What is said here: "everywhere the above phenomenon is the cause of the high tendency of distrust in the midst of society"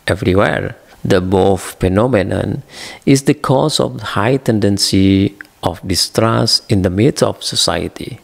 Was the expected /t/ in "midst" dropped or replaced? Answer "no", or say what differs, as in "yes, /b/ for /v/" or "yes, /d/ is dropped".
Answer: yes, /t/ is dropped